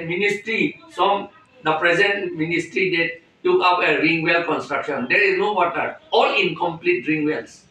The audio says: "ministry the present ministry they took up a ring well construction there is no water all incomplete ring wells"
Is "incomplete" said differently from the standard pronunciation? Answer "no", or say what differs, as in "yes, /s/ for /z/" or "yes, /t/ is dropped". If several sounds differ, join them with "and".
no